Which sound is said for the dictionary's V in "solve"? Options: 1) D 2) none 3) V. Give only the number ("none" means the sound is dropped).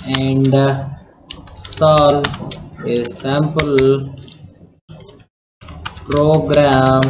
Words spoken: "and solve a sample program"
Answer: 2